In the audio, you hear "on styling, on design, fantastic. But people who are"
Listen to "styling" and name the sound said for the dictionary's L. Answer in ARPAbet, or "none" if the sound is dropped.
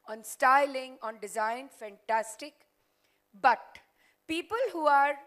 L